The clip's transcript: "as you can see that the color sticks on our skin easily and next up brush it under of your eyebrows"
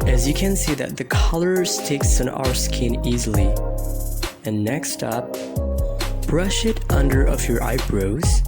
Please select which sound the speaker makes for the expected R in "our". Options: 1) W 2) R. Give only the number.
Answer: 2